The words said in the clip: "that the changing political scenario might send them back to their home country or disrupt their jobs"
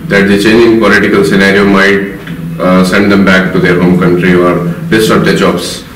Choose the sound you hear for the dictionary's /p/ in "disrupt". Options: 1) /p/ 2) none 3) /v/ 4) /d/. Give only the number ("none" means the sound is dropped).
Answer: 2